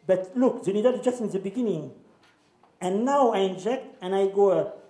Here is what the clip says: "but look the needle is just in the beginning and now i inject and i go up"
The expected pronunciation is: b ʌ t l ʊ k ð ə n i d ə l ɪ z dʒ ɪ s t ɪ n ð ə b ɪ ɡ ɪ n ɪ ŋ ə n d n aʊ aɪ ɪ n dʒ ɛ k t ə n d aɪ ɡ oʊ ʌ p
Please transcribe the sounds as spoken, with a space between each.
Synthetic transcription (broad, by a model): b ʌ t l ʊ k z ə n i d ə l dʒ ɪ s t ɪ n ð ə b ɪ ɡ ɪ n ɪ ŋ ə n n aʊ aɪ ɪ n dʒ ɛ k t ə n aɪ ɡ oʊ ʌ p